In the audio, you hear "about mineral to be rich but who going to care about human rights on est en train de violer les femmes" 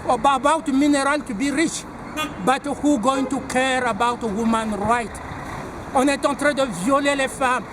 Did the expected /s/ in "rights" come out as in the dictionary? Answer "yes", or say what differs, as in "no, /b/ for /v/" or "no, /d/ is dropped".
no, /s/ is dropped